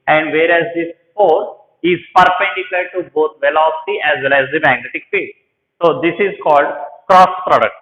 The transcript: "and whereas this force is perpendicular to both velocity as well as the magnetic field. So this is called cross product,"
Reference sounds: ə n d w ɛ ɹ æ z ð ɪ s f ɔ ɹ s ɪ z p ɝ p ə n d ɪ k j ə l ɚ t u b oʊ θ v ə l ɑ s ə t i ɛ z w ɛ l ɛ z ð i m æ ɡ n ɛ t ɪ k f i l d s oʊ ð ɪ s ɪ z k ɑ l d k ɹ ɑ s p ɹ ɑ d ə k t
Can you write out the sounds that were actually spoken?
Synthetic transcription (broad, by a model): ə n d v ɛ ɹ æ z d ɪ s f ɔ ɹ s ɪ z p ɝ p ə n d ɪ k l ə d t u b oʊ t v ə l ɑ s ə t i ɛ z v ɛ l ɛ z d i m æ ɡ n ɛ t ɪ k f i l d s oʊ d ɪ s ɪ z k ɑ l d k ɹ ɑ s p ɹ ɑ d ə k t